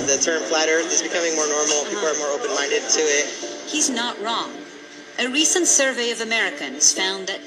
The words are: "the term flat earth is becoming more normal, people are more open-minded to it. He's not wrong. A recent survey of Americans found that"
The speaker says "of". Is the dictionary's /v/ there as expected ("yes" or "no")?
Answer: yes